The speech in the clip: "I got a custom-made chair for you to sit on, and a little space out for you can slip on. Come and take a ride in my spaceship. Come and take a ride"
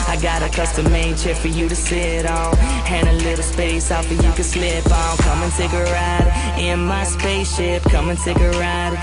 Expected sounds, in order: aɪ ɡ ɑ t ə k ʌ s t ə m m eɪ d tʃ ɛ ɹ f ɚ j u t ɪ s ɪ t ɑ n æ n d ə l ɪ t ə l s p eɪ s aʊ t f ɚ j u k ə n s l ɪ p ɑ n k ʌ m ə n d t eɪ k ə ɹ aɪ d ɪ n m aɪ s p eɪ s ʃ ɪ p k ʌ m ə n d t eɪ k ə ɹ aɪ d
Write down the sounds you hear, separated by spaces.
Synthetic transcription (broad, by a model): aɪ ɡ ɑ t ə k ʌ s t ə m m eɪ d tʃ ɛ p f ɚ j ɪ t ɪ s ɪ t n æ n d ə l ɪ t l s p eɪ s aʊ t f ɚ j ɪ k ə s l ɪ p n k ʌ m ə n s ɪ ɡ ə ɹ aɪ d ɪ n m aɪ s p eɪ s ʃ ɪ p k ʌ m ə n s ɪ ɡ ə ɹ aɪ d